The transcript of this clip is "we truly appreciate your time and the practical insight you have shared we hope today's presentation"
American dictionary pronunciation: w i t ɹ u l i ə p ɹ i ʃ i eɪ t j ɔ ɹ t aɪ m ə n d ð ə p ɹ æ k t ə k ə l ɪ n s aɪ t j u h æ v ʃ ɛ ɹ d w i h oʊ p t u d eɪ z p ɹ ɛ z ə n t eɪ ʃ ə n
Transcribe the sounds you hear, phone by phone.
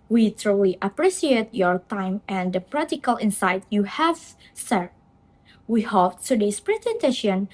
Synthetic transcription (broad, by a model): w i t ɹ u l i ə p ɹ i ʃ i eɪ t j ɔ ɹ t aɪ m ə n d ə p ɹ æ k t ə k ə l ɪ n s aɪ t j u h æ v s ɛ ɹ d w i h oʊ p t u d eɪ s p ɹ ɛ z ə n t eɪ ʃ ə n